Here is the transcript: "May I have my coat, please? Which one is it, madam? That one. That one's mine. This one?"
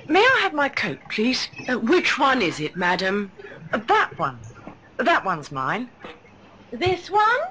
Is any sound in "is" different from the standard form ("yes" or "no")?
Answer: no